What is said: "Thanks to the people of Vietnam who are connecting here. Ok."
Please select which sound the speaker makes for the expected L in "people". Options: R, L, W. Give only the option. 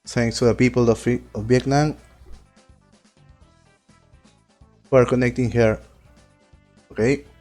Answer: L